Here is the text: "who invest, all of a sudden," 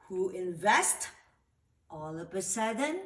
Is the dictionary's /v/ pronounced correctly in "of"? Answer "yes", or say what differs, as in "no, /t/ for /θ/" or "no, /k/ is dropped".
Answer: no, /p/ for /v/